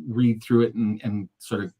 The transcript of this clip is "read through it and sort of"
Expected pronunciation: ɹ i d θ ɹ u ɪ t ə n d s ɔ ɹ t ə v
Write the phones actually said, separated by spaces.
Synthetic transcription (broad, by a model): ɹ i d θ ɹ u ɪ t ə n s ɔ ɹ t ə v